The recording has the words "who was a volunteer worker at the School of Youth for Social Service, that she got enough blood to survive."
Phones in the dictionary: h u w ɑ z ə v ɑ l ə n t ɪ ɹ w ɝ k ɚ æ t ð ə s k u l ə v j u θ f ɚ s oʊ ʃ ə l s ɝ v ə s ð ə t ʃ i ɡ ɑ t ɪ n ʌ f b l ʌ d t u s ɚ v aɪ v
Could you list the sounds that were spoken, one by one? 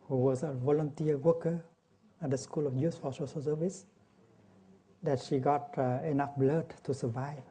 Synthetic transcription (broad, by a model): h u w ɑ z ə v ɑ l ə n t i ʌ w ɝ k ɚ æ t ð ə s k u l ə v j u s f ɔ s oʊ s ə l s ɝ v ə s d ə t ʃ i ɡ ɑ t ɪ n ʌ f b l ʌ d t u s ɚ v aɪ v